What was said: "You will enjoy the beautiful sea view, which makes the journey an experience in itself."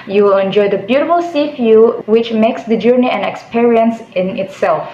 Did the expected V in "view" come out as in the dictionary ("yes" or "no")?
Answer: no